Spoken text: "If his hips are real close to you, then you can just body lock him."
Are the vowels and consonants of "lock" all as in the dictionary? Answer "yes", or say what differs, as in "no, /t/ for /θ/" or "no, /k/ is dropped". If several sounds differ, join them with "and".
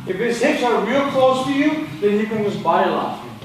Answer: no, /k/ is dropped